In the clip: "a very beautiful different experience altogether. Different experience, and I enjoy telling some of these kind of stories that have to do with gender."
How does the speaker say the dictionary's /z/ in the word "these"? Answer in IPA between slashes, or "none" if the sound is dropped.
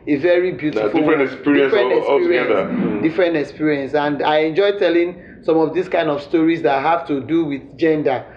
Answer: /s/